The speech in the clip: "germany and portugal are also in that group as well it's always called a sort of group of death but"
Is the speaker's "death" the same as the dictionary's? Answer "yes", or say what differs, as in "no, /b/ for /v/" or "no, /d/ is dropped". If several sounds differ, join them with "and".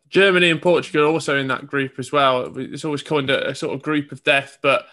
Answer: yes